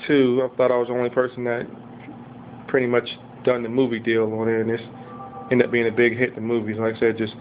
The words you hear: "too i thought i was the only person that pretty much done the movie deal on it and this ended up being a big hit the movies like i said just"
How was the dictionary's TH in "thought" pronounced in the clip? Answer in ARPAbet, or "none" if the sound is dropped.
TH